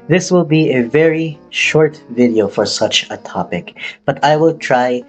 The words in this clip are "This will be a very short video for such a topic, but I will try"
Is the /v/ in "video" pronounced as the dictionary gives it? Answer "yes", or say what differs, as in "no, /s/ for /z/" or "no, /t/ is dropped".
yes